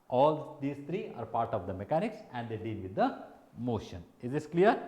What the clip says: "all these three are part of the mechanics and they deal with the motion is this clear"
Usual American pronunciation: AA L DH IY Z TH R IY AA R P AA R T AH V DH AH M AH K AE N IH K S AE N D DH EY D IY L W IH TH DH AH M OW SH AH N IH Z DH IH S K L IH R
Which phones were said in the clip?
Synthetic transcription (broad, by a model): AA L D IY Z T R IY AA R P AA R T AH V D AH M AH K AE N IH K S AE N D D EY D IY L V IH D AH M OW SH AH N IH Z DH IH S K L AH R